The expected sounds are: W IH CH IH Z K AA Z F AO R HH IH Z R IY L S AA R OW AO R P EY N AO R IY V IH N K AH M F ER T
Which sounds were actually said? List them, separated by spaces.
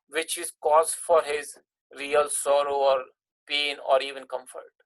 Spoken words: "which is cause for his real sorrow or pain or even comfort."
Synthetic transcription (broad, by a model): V IH CH IH Z K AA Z F AO R HH IH Z R IY L S AA R OW AO R P EY N AO R IY V IH N K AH M F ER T